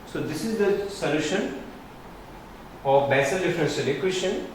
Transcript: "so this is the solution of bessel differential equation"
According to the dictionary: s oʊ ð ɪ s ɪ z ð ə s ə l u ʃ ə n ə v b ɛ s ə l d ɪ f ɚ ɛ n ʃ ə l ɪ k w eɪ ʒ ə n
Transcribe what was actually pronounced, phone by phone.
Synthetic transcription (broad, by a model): s oʊ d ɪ s ɪ z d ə s ə l u ʃ ə n ə v b ɛ s ə l d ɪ f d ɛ n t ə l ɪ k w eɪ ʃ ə n